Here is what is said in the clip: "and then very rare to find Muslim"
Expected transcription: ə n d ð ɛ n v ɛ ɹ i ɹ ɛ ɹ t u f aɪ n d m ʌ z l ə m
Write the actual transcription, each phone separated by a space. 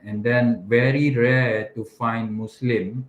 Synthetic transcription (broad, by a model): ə n d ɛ n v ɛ ɹ i ɹ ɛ t u f aɪ n d m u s l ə m